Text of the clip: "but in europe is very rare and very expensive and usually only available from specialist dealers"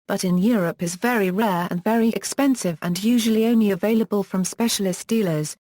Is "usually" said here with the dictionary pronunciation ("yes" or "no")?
yes